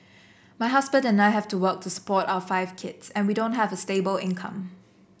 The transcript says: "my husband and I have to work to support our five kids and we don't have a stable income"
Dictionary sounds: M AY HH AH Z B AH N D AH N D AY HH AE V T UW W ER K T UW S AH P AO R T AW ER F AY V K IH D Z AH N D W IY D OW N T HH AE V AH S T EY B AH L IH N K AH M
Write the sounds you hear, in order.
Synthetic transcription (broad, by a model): M AY HH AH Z B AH N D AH N AY HH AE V T UW W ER K T UW S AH P AO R T AW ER F AY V K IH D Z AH N W IY D OW N T HH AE V AH S T EY B AH L IH N K AH M